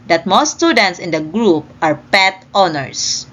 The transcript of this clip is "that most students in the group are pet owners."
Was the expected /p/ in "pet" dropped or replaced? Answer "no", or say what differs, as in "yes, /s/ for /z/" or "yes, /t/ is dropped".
no